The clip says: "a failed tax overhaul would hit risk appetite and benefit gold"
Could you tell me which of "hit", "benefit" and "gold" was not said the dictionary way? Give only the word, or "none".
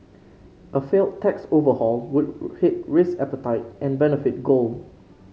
gold